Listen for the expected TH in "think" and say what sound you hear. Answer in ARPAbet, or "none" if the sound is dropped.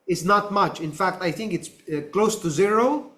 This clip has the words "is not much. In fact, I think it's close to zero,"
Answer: TH